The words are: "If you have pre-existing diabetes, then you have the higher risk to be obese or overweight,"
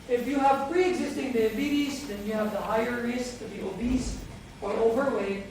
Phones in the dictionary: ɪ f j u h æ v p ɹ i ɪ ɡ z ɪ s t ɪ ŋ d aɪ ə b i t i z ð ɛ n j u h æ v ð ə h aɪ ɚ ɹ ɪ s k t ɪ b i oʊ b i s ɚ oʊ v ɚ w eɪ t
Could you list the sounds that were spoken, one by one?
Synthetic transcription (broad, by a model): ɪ f j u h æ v p ɹ i ɪ ɡ z ɪ s t ɪ ŋ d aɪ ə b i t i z ð ɛ n j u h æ v ð ə h aɪ ɚ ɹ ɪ s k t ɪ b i oʊ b i s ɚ oʊ v ɚ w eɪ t